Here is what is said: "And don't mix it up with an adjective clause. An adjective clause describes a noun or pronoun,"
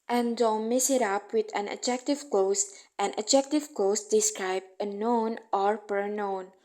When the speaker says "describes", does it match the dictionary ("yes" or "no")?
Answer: no